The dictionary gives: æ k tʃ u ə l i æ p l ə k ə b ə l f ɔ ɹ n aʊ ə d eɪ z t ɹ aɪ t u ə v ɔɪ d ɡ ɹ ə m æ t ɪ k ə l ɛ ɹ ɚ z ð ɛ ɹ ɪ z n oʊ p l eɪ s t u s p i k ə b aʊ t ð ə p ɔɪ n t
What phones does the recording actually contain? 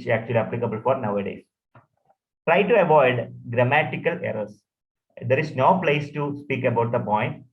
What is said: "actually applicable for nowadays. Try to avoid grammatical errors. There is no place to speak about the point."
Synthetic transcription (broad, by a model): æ k tʃ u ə l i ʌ p l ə k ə b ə l f ɔ ɹ n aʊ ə d eɪ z t ɹ aɪ t u ə v ɔɪ d ɡ ɹ ə m æ t ɪ k ə l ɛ ɹ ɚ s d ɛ ɹ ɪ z n oʊ p l eɪ s t u s p i k ə b aʊ t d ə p ɔɪ n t